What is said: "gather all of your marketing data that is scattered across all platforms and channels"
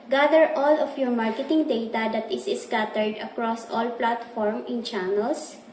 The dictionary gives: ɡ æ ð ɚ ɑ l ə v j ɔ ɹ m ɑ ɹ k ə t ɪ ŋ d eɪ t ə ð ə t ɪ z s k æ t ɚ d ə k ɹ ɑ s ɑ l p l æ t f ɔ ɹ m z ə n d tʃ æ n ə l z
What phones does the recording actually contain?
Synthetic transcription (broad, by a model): ɡ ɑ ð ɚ ɑ l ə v j ɔ ɹ m ɑ ɹ k ə t ɪ ŋ d eɪ t ə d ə t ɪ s s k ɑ t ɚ d ə k ɹ ɑ s ɑ l p l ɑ t f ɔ ɹ m ə n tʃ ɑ n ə l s